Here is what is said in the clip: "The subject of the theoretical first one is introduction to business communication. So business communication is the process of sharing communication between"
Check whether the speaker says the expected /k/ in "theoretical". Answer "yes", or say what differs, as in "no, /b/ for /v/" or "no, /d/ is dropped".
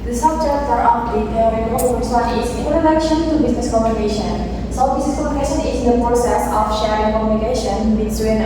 no, /k/ is dropped